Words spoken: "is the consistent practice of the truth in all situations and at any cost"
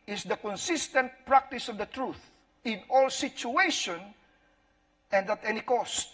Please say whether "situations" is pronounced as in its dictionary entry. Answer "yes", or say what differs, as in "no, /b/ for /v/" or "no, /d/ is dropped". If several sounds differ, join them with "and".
no, /z/ is dropped